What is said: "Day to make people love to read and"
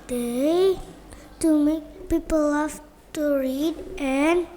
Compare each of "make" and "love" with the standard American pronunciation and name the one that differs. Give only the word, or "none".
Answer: love